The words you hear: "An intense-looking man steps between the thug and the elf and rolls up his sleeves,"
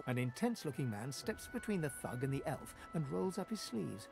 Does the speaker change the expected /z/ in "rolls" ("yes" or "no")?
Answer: no